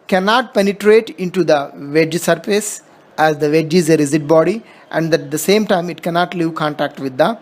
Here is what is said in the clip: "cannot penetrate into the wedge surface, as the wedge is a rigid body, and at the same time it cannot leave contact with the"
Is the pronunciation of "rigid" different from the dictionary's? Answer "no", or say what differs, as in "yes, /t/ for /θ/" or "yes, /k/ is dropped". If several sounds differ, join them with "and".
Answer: yes, /z/ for /dʒ/